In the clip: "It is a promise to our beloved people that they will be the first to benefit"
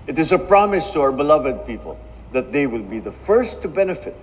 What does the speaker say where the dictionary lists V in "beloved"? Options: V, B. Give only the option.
V